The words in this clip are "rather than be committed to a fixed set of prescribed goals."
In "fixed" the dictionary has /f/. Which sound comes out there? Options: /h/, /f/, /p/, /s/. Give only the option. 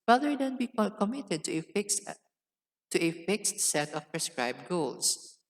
/f/